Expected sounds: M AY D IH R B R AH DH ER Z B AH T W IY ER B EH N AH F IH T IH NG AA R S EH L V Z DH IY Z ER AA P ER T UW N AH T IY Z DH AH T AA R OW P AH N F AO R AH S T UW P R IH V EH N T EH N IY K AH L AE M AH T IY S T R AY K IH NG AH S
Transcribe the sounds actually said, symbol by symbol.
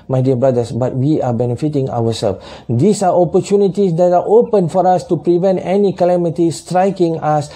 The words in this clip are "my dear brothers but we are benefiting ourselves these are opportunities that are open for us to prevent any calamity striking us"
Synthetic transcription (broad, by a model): M AY D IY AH B R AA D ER S B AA T W IY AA B EH N AH F IH T IH NG AA W S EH L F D IY S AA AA P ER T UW N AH T IY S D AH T AA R OW P AH N F AO R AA S T UW P R IH V EH N T EH N IY K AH L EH M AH T IY S T R AY K IH NG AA S